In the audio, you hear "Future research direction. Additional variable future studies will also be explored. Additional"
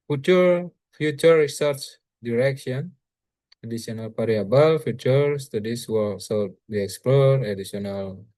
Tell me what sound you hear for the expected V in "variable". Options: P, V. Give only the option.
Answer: P